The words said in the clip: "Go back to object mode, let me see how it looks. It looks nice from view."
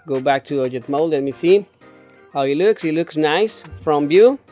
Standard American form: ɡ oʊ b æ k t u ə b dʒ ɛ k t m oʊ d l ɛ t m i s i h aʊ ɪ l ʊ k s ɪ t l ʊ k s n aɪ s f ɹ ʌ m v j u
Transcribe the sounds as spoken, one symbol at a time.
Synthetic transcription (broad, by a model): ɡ oʊ b æ k t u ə dʒ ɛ t m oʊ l l ɛ t m i s i h aʊ ɪ l ʊ k s ɪ t l ʊ k s n aɪ s f ɹ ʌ m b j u